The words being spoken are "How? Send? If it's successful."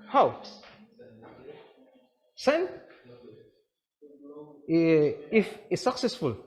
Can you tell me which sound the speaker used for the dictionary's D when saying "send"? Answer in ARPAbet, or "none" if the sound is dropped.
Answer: none